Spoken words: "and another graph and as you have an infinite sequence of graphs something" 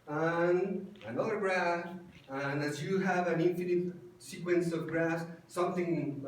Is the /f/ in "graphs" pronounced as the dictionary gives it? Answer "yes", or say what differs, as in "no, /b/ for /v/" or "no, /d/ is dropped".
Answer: no, /f/ is dropped